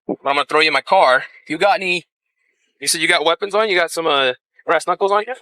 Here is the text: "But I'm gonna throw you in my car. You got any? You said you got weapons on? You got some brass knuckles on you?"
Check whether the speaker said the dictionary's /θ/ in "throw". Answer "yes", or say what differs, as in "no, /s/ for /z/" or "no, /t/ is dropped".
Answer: yes